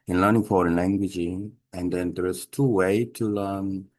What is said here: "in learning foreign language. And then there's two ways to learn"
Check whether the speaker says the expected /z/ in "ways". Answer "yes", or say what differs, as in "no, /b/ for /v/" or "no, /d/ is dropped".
no, /z/ is dropped